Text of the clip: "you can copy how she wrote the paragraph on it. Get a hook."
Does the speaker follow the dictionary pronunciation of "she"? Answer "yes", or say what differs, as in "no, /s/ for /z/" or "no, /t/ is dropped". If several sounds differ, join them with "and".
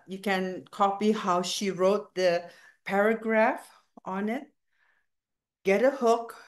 yes